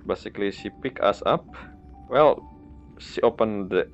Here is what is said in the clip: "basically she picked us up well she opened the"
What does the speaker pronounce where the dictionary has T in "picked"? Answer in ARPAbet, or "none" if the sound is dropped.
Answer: none